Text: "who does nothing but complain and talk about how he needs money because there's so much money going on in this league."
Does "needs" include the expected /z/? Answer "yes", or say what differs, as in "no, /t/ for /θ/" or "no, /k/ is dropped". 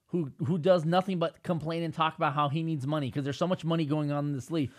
yes